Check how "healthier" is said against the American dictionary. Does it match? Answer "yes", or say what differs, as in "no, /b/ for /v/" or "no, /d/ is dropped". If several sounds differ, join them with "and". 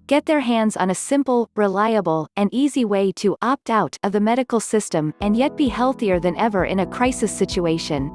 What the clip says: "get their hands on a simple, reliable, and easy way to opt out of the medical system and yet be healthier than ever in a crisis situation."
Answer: yes